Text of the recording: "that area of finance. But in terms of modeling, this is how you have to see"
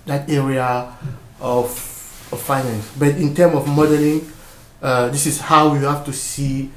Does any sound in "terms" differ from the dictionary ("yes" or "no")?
yes